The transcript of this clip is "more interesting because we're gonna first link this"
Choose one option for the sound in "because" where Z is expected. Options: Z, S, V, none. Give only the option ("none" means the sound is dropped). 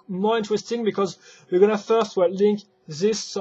Z